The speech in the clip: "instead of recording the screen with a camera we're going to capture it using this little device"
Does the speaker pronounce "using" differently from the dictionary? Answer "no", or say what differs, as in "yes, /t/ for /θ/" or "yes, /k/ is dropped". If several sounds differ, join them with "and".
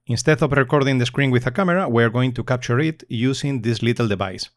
yes, /s/ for /z/